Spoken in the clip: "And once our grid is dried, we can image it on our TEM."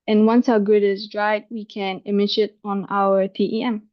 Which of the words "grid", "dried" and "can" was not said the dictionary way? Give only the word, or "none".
grid